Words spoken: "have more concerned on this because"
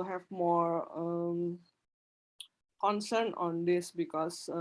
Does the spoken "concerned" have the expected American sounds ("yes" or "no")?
no